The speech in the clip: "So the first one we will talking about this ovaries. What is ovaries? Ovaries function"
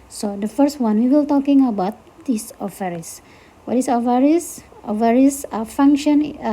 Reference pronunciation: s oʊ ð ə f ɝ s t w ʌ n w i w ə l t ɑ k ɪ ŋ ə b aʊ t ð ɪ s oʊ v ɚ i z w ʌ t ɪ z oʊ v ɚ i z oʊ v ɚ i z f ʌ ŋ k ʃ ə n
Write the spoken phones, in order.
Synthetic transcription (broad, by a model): s oʊ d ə f ɝ s t w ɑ n w i w ə l t ɑ k ɪ ŋ ə b aʊ t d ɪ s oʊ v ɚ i s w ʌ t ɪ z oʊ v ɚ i s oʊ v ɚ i s f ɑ ŋ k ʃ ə n